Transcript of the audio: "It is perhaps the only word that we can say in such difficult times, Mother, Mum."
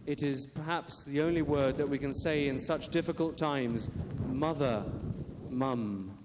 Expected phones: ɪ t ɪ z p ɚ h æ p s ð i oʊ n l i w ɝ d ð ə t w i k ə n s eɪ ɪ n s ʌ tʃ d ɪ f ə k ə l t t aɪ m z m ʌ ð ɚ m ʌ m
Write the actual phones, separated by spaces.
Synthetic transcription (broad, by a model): ɪ t ɪ z p ɚ h æ p s ð i oʊ n l i w ɝ d ð ə t w i k ə n s eɪ ɪ n s ʌ tʃ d ɪ f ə k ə l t t aɪ m z m ʌ ð ɚ m ʌ m